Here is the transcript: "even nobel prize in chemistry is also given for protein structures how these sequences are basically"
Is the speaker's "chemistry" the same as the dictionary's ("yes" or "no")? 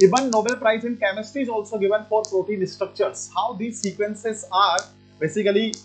no